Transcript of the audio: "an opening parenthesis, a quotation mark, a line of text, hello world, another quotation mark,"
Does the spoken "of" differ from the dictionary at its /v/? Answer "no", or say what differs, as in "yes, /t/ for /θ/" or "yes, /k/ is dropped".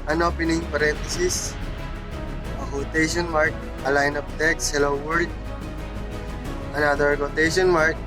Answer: yes, /p/ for /v/